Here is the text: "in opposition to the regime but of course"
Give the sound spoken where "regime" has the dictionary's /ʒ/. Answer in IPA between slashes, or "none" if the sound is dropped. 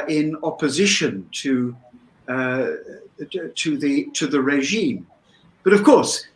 /ʒ/